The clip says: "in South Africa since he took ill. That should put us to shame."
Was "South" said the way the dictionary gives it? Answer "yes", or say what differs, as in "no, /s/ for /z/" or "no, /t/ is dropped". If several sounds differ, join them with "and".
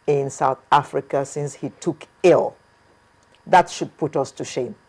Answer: yes